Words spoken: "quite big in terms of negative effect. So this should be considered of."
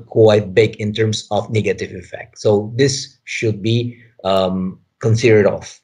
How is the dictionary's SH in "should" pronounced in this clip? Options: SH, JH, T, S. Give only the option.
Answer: SH